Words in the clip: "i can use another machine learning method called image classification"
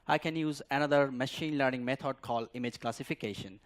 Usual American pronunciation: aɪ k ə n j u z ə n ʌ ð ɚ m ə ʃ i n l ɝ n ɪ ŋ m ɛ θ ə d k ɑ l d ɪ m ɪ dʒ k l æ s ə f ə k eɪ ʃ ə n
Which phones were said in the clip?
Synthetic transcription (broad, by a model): aɪ k ə n j u z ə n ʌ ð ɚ m ə ʃ i n l ɝ n ɪ ŋ m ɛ t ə d k ɑ l d ɪ m ɪ dʒ k l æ s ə f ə k eɪ ʃ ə n